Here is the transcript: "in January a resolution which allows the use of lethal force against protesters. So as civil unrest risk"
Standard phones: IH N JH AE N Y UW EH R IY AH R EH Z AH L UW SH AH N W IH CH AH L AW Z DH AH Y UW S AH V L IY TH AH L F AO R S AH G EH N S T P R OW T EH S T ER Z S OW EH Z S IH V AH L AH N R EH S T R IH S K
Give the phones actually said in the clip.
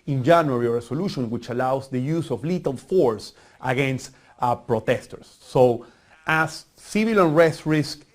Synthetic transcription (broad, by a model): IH N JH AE N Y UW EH R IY AH R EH S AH L UW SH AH N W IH CH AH L AW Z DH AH Y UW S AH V L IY T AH L F AO R S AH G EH N S T P R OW T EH S T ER S OW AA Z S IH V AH L AH N R EH S T R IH S K